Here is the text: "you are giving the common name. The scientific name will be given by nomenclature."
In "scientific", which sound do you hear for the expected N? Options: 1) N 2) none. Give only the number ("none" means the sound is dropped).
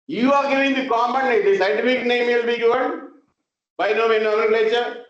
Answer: 2